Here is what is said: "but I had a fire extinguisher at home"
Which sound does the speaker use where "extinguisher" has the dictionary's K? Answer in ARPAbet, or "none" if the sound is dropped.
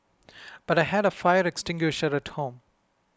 K